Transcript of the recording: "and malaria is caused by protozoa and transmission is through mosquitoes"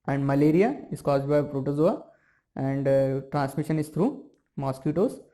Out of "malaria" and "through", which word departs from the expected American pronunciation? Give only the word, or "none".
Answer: through